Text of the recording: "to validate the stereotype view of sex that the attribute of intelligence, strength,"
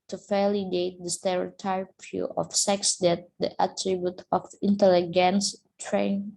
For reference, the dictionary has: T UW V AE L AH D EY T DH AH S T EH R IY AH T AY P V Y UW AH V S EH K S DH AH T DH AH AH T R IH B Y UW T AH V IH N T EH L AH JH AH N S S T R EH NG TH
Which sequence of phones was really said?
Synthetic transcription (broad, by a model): T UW F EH L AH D EY T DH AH S T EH R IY T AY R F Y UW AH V S EH K S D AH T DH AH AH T R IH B Y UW T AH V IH N T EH L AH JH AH N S S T R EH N